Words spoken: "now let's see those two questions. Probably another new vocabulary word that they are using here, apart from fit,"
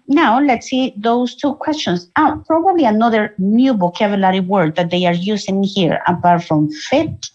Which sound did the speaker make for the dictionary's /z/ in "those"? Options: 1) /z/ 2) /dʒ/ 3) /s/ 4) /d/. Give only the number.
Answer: 3